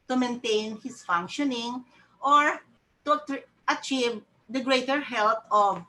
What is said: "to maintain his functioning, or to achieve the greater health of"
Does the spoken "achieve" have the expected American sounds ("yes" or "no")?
yes